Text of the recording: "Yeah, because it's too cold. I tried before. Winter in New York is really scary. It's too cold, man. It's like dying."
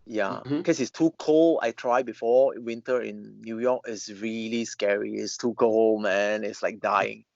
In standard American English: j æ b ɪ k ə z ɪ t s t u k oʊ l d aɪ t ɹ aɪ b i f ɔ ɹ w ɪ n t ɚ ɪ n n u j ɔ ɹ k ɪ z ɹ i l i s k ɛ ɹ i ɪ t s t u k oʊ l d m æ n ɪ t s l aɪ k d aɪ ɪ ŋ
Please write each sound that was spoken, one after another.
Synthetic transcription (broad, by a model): j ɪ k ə s ɪ t s t u k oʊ l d aɪ t ɹ aɪ b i f ɔ w ɪ n t ɚ ɪ n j u j ɔ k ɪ s ɹ i l i s k ɛ ɹ i ɪ t s t u k oʊ l m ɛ n ɪ t s l aɪ k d aɪ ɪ ŋ